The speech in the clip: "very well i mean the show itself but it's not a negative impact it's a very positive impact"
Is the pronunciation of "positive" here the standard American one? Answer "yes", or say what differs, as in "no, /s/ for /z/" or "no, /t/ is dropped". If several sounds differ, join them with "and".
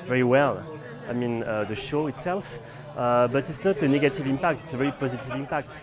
yes